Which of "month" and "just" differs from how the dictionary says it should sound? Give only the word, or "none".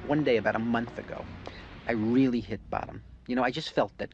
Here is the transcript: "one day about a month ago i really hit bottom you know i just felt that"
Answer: none